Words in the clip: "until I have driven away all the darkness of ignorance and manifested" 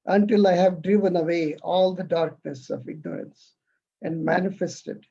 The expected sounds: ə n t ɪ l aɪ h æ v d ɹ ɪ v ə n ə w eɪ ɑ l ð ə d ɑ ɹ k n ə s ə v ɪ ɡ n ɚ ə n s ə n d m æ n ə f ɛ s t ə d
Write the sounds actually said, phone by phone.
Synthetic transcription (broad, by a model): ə n t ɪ l aɪ h æ v d ɹ ɪ v ə n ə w eɪ ɑ l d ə d ɑ ɹ k n ə s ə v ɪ ɡ n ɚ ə n s ə n d m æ n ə f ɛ s t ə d